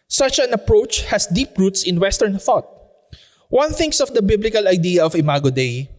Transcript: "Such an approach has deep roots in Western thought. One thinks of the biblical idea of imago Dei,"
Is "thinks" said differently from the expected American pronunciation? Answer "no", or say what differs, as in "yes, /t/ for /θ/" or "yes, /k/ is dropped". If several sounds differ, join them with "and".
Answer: no